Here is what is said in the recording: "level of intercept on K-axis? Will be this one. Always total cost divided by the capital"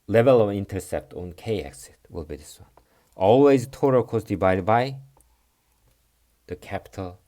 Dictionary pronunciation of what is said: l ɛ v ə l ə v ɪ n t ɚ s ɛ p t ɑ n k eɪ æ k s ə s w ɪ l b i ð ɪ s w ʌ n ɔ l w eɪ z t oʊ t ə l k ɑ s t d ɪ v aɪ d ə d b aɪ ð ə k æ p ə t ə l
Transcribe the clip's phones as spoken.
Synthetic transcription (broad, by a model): l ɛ v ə l ə v ɪ n t ɚ s ɛ p t ɑ n k eɪ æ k s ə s w ɪ l b i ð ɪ s w ʌ n ɔ l w eɪ z t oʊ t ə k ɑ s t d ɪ b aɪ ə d b aɪ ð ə k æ p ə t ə l